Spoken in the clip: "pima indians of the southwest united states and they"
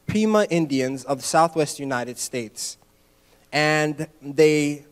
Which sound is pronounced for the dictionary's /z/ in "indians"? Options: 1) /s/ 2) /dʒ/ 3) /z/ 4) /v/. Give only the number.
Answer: 3